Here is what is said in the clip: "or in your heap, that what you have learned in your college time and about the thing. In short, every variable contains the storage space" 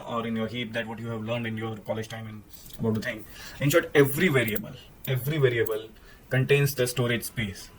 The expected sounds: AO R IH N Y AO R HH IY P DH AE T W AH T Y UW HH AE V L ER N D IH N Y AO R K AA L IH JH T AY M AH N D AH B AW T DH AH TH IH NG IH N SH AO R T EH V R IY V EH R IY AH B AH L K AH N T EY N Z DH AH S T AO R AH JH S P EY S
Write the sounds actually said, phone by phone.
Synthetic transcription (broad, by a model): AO R IH N Y AO R HH IY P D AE T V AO T Y UW HH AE V L ER N D IH N Y AO R K AA L IH JH T AY M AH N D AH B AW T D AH T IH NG IH N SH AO R T EH V R IY V EH R IY AH B AH L K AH N T EY N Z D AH S T AO R AH JH S P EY S